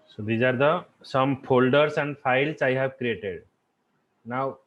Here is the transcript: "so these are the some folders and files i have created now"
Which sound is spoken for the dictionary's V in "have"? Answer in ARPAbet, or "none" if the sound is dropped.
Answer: V